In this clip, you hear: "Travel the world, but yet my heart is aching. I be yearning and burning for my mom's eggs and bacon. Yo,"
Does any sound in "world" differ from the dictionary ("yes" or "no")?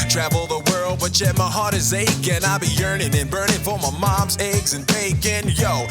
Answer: no